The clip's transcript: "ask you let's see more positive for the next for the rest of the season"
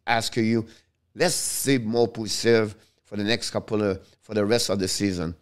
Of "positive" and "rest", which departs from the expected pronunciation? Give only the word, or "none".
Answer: positive